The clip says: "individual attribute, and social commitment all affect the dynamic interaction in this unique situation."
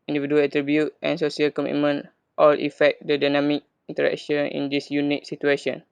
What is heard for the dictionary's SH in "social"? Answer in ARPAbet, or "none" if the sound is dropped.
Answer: S